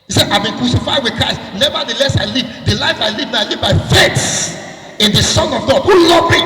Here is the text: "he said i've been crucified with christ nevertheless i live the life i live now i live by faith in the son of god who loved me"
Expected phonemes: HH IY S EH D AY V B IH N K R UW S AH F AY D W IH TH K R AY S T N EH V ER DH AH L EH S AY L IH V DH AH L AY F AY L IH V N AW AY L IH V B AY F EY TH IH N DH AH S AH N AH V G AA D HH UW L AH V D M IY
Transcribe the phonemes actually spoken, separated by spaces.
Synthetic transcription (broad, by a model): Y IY S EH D AY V B IH N K R UW S AH F AY D W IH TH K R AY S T N EH V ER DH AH L EH S AY L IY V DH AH L AY F AY L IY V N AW AY L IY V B AY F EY S IH N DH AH S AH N AH V G AA D HH UW L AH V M IY